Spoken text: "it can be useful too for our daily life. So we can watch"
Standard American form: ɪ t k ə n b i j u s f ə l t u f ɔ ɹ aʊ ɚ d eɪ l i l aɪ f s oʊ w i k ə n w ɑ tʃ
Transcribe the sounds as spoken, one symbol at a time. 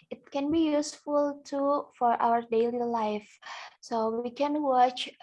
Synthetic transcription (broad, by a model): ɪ t k ə n b i j u s f ə l t u f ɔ ɹ aʊ ɚ d eɪ l i l aɪ f s oʊ w i k ə n w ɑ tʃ